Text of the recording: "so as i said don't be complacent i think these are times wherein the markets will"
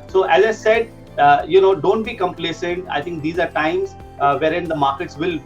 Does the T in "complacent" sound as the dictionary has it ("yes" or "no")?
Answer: yes